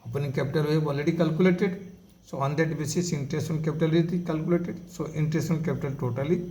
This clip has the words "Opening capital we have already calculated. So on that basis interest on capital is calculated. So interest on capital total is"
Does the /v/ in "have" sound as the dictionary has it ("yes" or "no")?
no